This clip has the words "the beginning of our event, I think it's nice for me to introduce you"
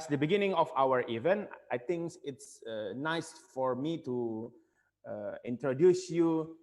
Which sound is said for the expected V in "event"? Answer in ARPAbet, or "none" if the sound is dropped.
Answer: V